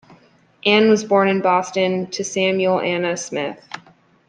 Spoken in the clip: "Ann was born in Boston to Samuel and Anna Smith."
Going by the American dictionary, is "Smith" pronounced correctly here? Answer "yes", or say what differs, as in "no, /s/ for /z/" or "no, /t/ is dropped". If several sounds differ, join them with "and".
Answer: yes